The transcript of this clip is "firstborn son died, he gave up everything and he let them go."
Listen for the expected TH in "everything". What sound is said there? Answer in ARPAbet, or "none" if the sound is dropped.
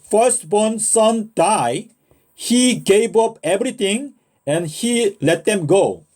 T